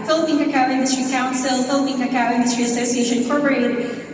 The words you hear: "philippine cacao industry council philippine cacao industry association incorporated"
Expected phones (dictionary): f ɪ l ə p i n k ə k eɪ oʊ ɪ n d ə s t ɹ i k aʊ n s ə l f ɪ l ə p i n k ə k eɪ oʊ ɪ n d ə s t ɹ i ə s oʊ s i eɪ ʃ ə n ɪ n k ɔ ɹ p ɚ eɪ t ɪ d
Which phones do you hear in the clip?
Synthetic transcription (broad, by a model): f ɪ l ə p i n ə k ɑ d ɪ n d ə s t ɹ i k aʊ n s ə l f ɪ l ə p i n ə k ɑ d ɪ n d ə s t ɹ i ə s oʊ s i eɪ ə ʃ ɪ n k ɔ ɹ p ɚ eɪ t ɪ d